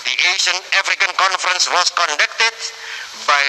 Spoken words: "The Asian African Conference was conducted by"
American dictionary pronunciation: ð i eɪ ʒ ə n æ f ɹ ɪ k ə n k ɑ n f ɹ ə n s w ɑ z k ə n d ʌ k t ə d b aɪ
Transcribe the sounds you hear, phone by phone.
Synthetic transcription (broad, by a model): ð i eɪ ʃ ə n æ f ɹ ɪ k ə n k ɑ n f ɹ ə n s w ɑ s k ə n d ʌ k t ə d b aɪ